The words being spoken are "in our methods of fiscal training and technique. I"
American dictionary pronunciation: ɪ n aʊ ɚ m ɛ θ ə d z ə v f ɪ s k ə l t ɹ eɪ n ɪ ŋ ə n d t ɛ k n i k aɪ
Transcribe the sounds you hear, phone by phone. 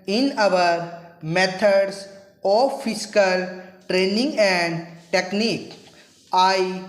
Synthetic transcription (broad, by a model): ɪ n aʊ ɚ m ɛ t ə d s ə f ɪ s k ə l t ɹ eɪ n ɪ ŋ ə n d t ɛ k n i k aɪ